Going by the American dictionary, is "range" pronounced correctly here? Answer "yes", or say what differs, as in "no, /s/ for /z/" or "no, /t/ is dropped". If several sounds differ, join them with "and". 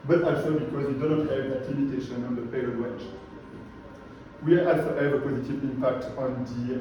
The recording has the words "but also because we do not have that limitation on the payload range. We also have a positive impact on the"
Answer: no, /w/ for /ɹ/